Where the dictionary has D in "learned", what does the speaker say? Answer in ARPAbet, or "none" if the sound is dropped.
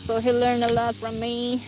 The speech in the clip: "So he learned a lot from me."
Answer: none